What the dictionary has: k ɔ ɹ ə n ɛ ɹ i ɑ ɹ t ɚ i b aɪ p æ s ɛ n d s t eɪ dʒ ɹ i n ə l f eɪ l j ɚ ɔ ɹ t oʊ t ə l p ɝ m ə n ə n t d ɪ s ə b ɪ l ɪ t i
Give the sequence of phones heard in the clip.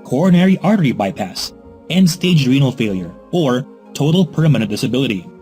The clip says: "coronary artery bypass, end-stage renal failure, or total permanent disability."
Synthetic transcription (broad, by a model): k ɔ ɹ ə n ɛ ɹ i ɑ ɹ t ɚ i b aɪ p æ s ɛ n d s t eɪ dʒ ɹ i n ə l f eɪ l j ɚ ɔ ɹ t oʊ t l p ɝ m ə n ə n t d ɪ s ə b ɪ l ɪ t i